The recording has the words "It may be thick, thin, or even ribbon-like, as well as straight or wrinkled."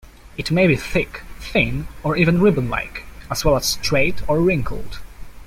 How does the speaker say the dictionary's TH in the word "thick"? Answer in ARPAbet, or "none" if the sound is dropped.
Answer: TH